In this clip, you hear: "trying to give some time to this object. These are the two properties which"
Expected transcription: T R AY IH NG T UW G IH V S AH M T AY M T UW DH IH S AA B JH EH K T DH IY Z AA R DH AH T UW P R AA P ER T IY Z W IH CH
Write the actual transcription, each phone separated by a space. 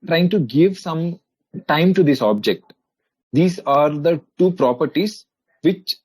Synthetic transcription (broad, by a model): T R AY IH NG T UW G IH V S AH M T AY M T UW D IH S AA B JH EH K T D IY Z AA R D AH T UW P R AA P ER T IY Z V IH CH